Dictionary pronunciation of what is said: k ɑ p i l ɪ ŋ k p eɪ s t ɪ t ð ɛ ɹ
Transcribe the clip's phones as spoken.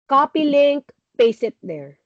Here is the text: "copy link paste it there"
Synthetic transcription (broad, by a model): k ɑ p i l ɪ ŋ k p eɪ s ɪ t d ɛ ɹ